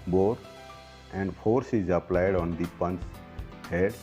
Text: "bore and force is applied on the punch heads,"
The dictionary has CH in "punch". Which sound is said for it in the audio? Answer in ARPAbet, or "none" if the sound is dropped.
S